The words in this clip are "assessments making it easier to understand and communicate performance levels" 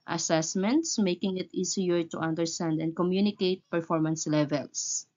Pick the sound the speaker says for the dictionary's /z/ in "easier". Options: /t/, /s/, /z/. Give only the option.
/s/